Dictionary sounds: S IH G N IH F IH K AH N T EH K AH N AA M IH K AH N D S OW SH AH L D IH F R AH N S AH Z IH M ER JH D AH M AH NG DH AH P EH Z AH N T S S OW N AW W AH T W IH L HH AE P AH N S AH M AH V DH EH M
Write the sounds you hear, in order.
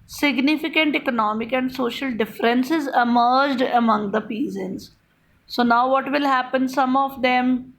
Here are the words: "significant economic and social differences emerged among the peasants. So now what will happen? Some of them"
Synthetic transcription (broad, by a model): S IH G N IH F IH K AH N T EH K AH N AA M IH K AH N D S OW SH AH L D IH F R AH N S AH Z IH M ER JH D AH M AH NG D AH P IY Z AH N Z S S OW N AW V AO T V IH L HH AE P AH N S AH M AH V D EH M